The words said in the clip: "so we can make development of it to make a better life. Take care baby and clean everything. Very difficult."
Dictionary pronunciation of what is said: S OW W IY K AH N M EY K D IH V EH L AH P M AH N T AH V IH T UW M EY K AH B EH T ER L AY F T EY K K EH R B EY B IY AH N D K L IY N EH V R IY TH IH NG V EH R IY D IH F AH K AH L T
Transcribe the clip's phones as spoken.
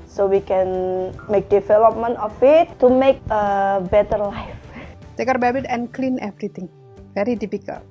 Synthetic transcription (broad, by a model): S OW W IY K AH N M EY K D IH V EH L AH P M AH N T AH F IH T UW M EY K AH B EH T ER L AY F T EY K K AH R B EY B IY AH N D K L IY N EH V R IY T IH NG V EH R IY D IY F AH K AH L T